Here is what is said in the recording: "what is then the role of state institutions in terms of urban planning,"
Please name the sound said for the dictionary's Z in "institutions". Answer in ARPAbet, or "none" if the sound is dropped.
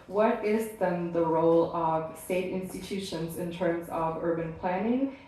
Z